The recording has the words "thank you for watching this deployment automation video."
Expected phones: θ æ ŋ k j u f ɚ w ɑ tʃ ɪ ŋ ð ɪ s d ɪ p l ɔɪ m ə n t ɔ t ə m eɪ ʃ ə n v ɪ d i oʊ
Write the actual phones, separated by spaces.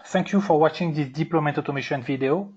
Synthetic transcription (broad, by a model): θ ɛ ŋ k j u f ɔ w ɑ tʃ ɪ ŋ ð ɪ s d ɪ p l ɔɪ m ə t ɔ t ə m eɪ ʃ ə n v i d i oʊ